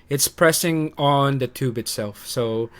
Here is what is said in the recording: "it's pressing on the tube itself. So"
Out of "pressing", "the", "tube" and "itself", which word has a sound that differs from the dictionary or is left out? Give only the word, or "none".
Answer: none